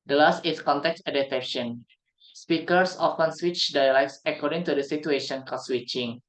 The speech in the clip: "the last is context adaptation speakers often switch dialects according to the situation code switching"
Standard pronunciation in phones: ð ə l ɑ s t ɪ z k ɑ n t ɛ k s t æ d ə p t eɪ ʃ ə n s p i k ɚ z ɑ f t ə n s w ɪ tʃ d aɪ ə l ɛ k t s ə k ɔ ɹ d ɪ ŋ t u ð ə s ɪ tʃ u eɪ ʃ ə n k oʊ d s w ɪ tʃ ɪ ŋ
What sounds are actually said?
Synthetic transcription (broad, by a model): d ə l ɑ s t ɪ s k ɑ n t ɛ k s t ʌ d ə t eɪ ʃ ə n s p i k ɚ s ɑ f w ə n s w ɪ tʃ d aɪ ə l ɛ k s ə k ɔ ɹ d ɪ ŋ t u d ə s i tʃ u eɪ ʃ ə n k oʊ s w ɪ tʃ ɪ ŋ